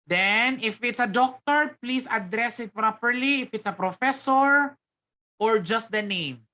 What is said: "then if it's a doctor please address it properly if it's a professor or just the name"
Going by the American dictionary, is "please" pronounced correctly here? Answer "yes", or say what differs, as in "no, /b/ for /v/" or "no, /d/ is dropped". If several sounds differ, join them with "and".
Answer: no, /s/ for /z/